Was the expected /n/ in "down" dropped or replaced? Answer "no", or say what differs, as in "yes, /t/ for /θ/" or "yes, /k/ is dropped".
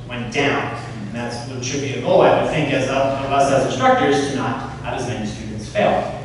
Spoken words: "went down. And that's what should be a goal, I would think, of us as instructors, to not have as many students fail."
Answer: yes, /n/ is dropped